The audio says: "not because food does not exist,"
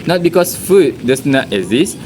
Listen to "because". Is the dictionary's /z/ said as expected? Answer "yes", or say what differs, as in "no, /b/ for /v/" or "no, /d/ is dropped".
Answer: no, /s/ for /z/